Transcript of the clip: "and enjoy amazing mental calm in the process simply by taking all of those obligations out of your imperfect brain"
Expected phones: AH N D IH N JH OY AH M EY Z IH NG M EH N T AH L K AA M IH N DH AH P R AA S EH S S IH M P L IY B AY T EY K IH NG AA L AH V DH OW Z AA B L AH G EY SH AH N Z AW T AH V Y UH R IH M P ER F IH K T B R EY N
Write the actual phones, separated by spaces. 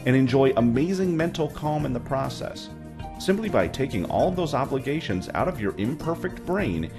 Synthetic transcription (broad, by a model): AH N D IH N JH OY AH M EY Z IH NG M EH N T L K AA M IH N DH AH P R AA S EH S S IH M P L IY B AY T EY K IH NG AA L AH V DH OW Z AA B L AH G EY SH AH N Z AW T AH V Y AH R IH M P ER F IH K T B R EY N